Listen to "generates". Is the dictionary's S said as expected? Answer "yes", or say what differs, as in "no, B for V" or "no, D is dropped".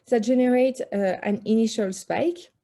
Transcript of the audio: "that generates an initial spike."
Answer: no, S is dropped